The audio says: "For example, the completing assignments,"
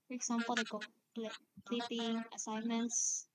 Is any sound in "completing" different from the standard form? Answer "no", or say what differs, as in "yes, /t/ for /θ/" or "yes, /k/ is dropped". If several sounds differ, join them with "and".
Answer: yes, /m/ is dropped